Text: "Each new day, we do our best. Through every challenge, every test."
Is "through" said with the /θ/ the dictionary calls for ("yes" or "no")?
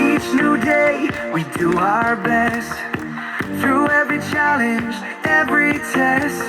yes